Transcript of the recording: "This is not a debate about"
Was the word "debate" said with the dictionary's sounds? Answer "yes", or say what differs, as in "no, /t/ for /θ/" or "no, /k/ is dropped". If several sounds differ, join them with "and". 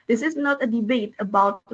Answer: yes